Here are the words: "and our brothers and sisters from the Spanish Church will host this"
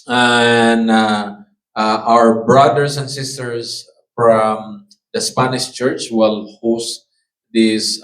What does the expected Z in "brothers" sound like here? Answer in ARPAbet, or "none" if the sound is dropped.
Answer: S